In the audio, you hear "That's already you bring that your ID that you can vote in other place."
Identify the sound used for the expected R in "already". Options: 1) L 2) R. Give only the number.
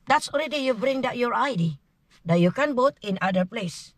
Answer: 1